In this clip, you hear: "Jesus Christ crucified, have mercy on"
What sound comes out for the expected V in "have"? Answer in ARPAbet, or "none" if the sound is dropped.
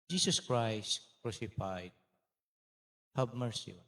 B